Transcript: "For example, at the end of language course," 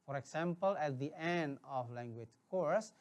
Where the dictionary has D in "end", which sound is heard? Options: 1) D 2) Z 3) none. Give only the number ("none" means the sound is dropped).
1